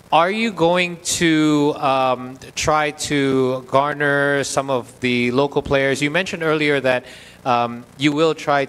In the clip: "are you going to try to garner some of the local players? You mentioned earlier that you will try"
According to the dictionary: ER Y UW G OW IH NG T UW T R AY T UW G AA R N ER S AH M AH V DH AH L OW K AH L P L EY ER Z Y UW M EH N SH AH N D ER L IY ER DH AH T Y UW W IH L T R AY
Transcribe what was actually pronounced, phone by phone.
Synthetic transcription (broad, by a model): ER Y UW G OW IH NG T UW T R AY T UW G AA R N ER S AH M AH V DH AH L OW K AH L P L EY ER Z Y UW M EH N SH AH N D ER L IY ER DH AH T Y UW W IH L T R AY